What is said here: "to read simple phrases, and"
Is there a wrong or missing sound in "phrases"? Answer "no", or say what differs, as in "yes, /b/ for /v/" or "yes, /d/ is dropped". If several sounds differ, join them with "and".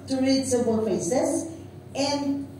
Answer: yes, /ɹ/ is dropped and /s/ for /z/